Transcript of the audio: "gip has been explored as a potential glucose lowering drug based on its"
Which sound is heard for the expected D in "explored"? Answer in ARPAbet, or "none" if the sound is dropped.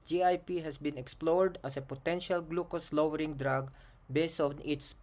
D